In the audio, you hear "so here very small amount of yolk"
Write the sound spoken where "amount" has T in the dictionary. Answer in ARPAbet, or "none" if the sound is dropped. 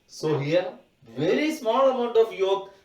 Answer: T